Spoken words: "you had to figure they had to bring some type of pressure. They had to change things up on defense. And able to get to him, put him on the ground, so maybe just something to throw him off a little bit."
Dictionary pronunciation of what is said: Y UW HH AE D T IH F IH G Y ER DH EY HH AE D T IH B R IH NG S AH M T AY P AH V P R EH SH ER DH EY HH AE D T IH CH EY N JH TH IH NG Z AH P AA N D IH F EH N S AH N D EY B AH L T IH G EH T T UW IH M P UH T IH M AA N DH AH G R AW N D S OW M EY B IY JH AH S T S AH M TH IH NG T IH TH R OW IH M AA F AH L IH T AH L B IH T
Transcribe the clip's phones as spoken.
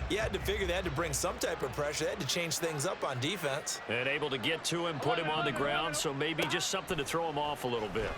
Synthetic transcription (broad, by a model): Y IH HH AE D T IH F IH G Y ER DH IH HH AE T IH B R IH NG S AH M T AY P AH V P R EH SH ER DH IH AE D T IH CH EY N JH TH IH NG Z AH P N D IH F EH N S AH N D EY B L T IH G EH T T UW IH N P UH T IH M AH N DH AH G R AW N D S OW M EY B IY JH AH S T S AH M TH IH NG T IH TH R OW IH M AA F AH L IH T L B IH T